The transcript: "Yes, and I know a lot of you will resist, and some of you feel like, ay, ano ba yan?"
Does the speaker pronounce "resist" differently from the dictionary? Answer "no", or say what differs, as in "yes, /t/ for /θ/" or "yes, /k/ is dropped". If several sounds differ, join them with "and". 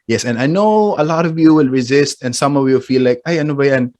no